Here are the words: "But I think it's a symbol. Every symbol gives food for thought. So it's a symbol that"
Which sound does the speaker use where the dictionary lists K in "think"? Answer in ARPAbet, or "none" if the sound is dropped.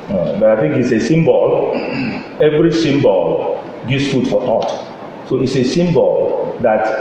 K